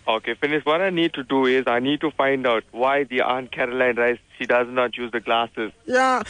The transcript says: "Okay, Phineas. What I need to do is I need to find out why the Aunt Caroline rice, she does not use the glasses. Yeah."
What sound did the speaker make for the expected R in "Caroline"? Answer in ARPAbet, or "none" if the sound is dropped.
R